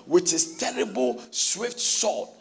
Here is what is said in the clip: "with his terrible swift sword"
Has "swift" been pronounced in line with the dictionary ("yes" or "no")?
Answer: yes